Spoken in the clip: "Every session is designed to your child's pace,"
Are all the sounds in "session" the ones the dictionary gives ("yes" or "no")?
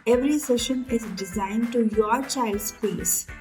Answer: yes